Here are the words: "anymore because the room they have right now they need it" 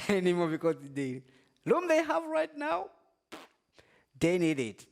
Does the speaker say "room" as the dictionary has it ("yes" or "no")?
no